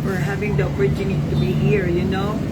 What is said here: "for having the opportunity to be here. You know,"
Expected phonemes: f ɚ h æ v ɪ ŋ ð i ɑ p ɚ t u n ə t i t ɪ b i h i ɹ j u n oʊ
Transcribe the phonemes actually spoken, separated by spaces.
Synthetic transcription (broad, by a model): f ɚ h æ v ɪ ŋ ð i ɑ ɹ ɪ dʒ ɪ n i t ɪ b i h i ɹ j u n oʊ